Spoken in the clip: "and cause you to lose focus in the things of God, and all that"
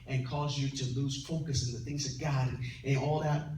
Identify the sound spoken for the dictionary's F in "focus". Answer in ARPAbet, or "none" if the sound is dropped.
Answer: P